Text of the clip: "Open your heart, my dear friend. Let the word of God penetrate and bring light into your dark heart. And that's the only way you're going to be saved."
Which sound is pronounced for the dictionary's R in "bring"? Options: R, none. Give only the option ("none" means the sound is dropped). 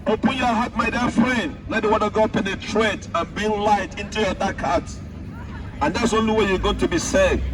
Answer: none